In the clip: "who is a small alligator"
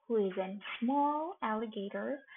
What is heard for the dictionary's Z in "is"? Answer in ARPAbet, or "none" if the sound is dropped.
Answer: Z